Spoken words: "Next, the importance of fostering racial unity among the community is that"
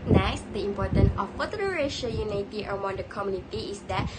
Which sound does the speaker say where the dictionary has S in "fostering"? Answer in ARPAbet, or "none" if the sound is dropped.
none